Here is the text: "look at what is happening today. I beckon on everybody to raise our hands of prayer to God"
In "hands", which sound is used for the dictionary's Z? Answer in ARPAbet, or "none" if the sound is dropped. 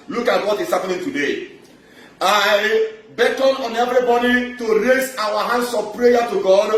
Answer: S